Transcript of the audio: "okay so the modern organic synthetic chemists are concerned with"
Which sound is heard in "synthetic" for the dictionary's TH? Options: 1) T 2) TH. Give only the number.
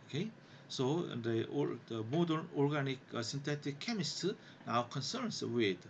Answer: 1